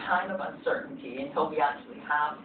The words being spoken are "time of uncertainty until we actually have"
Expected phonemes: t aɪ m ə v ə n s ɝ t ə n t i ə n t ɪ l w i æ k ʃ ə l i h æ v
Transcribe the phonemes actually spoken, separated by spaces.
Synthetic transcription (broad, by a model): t aɪ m ə v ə n s ɝ t n t i ə n t ɪ l w i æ k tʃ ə l i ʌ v